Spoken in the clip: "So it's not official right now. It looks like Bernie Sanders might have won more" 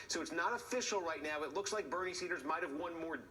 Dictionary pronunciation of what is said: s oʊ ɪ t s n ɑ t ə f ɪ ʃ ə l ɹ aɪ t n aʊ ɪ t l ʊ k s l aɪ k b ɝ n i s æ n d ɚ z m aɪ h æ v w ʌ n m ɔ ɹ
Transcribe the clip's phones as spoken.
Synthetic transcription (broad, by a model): s oʊ ɪ t s n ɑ t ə f ɪ ʃ l ɹ aɪ t n aʊ ɪ t l ʊ k s l aɪ k b ɝ n i s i d ɚ z m aɪ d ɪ v w ʌ n m ɔ ɹ